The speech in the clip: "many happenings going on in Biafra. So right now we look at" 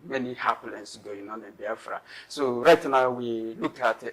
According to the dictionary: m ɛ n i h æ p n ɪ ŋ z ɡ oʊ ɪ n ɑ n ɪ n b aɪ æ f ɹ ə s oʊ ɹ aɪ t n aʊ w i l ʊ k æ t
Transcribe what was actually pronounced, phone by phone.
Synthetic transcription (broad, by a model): m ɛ n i h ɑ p l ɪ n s ɡ oʊ ɪ n ɑ n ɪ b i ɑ f ɹ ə s oʊ ɹ aɪ t n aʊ w i l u k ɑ t